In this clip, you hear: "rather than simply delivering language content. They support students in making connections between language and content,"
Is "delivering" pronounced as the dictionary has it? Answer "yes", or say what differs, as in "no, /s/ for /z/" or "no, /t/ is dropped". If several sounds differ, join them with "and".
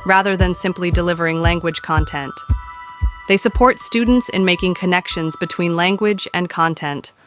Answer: yes